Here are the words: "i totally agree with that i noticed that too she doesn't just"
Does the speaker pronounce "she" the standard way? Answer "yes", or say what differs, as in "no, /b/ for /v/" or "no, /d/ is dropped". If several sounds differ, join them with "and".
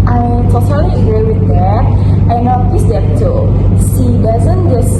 no, /s/ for /ʃ/